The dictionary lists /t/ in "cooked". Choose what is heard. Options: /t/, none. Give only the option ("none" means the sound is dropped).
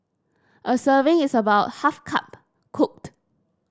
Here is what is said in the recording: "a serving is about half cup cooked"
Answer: /t/